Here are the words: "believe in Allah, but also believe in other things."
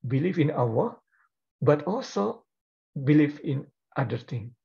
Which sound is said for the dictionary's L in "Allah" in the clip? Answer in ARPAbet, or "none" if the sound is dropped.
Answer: W